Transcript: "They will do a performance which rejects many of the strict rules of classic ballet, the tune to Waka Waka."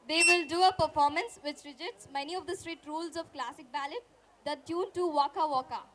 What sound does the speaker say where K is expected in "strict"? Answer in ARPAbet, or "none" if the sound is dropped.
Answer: none